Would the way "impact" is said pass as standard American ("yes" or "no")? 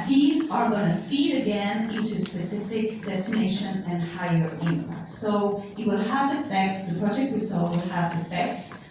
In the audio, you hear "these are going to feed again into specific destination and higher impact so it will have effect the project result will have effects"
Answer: no